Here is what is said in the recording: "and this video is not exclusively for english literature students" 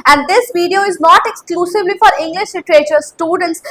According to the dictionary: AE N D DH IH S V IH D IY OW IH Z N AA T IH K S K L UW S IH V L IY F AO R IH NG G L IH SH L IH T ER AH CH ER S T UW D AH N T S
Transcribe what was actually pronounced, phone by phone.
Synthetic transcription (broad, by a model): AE N D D IH S V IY D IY OW IH Z N AA T IH K S K L UW S IH V L IY F AO R IH NG G L IH SH L IH T ER AH CH ER S T UW D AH N T S